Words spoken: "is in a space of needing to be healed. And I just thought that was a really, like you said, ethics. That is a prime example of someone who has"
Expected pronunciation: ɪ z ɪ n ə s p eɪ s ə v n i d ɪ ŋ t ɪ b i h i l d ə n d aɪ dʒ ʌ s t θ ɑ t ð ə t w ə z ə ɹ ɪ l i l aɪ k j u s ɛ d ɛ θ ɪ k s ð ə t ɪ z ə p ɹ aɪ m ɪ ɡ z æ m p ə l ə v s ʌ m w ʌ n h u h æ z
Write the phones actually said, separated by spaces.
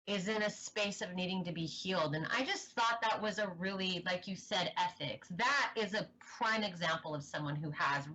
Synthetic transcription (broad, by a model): ɪ z ɪ n ə s p eɪ s ə v n i d ɪ ŋ t ɪ b i h i l d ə n aɪ dʒ ʌ s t θ ɑ t ð ə t w ə z ə ɹ ɪ l i l aɪ k j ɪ s ɛ d ɛ θ ɪ k s ð ə t ɪ z ə p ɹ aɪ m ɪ ɡ z æ m p l ə v s ʌ m w ʌ n h u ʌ z